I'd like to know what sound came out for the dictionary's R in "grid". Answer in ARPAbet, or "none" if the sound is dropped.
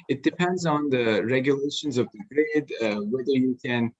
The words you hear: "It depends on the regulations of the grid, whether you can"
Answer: R